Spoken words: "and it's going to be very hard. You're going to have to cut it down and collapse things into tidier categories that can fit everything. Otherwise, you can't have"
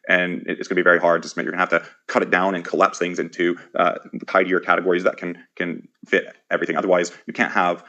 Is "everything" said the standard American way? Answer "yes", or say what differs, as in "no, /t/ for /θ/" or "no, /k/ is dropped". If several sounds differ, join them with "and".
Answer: yes